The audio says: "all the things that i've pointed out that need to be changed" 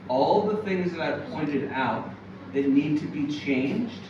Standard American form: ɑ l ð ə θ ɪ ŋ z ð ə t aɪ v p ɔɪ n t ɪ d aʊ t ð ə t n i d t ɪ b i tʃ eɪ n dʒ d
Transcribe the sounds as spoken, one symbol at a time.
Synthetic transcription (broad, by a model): ɑ l ð ə θ ɪ ŋ z ð ə t aɪ v p ɔɪ n t ɪ d aʊ t ð ə t n i d t ɪ b i tʃ eɪ n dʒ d